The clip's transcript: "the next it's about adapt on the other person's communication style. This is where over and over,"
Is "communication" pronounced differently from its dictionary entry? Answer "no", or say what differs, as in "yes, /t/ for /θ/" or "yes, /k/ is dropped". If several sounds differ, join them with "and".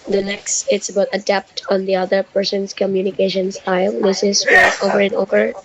no